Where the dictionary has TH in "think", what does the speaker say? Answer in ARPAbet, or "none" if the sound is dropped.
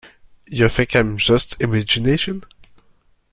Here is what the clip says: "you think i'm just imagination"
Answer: F